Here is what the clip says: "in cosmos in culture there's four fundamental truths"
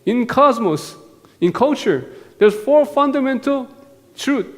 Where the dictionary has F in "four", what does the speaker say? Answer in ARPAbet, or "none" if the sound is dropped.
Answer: F